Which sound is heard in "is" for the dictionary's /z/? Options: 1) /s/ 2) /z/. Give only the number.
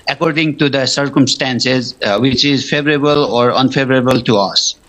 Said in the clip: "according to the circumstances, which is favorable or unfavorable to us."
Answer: 2